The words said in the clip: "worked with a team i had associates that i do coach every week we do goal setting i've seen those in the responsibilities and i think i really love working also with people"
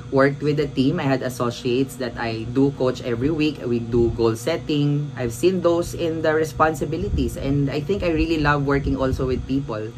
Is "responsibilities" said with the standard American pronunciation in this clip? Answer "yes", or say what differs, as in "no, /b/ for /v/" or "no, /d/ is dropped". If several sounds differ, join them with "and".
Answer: no, /s/ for /z/